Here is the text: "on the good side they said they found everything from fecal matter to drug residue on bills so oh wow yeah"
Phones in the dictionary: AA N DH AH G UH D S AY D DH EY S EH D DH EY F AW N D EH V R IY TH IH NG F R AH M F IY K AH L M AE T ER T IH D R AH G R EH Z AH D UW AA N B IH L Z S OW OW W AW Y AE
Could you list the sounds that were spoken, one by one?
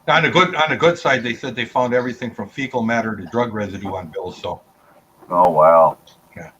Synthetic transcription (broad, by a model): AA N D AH G UH D S AY D DH EY S EH D DH EY F AW N D EH V R IY TH IH NG F R AH M F IY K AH L M AE T ER T IH D R AH G R EH Z AH D UW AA N B IH L Z S OW OW W AW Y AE